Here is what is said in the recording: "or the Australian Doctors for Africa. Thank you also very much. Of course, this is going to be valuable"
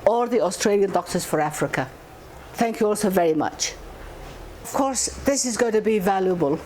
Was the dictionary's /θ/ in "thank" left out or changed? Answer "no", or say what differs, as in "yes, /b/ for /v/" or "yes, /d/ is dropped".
no